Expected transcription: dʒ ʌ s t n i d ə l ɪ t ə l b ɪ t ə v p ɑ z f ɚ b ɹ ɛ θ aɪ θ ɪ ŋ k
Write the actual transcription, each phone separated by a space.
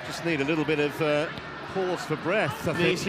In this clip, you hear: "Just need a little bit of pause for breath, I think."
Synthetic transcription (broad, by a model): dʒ ʌ s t n i d ə l ɪ t l b ɪ t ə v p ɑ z f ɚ b ɹ ɛ θ aɪ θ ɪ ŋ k